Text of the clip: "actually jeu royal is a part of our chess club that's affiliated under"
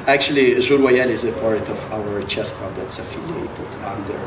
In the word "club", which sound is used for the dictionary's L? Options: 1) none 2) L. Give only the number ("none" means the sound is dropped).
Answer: 1